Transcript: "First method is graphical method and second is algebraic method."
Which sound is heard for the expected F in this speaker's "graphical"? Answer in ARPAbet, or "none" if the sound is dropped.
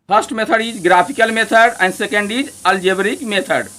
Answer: P